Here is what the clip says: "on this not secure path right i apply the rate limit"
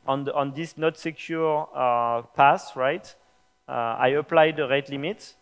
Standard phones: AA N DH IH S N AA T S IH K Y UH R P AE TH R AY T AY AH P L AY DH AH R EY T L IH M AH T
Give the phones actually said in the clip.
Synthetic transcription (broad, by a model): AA N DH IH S N AA T S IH K Y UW R P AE S R AY T AY AH P L AY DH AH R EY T L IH M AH T